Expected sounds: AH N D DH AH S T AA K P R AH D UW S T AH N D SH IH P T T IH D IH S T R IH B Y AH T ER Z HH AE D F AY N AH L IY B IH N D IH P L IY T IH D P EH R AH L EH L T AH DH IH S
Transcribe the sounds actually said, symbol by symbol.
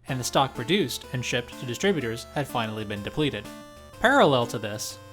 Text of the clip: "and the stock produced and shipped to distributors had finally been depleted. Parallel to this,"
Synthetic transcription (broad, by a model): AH N DH AH S T AA K P R AH D UW S T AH N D SH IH P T T IH D IH S T R IH B Y AH T ER Z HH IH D F AY N L IY B IH N D IH P L IY T IH D P EH R AH L EH L T AH DH IH S